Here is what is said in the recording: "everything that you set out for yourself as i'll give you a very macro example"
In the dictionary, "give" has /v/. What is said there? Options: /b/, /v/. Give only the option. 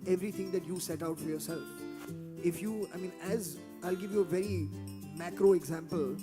/v/